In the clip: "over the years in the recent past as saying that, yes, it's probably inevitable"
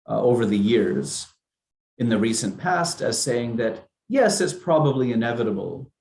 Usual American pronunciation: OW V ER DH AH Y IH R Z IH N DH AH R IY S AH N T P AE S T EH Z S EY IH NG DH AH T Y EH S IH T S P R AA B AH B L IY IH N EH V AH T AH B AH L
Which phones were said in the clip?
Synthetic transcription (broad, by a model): OW V ER DH AH Y IH R Z IH N DH AH R IY S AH N P AE S T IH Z S EY IH NG DH AH T Y EH S IH T S P R AA B AH B L IY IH N EH V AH T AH B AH L